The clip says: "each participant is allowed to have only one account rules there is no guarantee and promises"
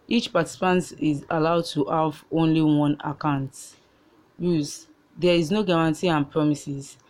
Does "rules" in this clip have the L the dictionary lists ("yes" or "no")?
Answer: no